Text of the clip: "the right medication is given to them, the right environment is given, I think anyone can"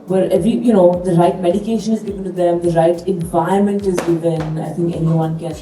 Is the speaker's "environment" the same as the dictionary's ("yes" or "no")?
no